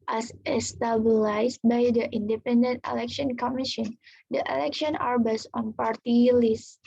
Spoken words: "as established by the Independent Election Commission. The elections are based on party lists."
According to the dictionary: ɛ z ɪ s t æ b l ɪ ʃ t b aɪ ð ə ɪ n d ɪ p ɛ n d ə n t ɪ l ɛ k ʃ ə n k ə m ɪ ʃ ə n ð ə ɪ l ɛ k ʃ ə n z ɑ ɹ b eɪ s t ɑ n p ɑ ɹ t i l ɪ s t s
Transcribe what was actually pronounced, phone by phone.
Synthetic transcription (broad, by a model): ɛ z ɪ s t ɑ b l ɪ s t b aɪ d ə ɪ n d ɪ p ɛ n d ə n t ɪ l ɛ k ʃ ə n k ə m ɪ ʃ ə n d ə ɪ l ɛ k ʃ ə n ɑ ɹ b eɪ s ɑ n p ɑ ɹ t i l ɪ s s